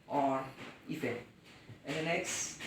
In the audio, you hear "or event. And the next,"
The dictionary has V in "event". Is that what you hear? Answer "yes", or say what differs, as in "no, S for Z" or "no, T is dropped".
no, F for V